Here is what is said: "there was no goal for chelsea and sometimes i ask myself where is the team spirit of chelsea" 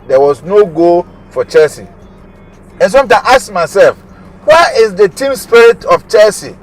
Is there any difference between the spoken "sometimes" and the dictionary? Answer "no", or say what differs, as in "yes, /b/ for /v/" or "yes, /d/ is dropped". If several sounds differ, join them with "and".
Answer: yes, /z/ is dropped